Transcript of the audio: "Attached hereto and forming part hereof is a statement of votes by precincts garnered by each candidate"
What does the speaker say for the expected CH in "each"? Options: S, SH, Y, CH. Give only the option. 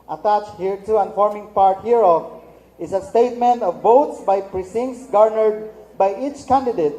CH